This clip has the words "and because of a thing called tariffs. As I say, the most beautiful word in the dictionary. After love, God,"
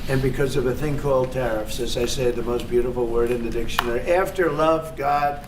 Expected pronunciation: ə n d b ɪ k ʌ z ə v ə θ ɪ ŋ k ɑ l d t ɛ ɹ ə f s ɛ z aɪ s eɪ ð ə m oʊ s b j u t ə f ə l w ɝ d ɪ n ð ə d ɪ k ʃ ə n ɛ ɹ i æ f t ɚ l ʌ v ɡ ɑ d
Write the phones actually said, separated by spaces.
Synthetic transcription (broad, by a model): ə n b ɪ k ʌ z ə v ə θ ɪ ŋ k ɑ l d t ɛ ɹ ə f s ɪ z aɪ s eɪ ð ə m oʊ s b j u t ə f l w ɝ d ɪ n ð ə d ɪ k ʃ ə n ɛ ɹ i æ f t ɚ l ʌ v ɡ ɑ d